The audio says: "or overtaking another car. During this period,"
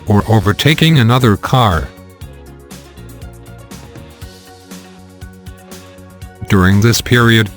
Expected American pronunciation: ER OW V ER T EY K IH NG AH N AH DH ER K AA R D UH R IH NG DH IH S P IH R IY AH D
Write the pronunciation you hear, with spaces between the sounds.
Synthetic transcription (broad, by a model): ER OW V ER T EY K IH NG AH N AH DH ER K AA R D UH R IH NG DH IH S P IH R IY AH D